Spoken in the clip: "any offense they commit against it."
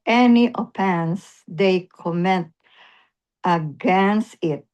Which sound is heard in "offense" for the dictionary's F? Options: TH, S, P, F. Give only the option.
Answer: P